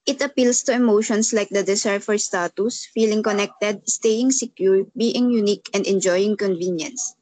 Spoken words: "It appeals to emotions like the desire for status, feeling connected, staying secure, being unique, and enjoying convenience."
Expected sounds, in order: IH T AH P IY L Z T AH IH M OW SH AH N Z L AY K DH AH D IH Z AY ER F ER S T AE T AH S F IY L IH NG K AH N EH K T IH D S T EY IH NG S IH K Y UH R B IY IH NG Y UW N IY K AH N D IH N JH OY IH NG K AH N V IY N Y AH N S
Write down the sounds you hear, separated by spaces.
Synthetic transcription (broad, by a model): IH T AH P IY L S T AH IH M OW SH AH N S L AY K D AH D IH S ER F ER S T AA T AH S F IY L IH NG K AH N EH K T IH D S T EY IH NG S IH K Y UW R B IY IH NG Y UW N IY K AH N D IH N JH OY IH NG K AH N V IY N Y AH N S